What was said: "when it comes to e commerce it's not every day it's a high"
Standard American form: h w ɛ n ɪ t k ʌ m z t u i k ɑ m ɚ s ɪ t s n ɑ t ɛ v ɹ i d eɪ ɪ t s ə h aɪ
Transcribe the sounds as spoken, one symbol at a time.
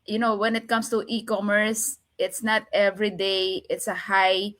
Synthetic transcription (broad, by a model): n w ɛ n ɪ t k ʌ m s t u i k ɑ m ɚ s ɪ t s n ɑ t ɛ v ɹ i d eɪ ɪ t s ə h aɪ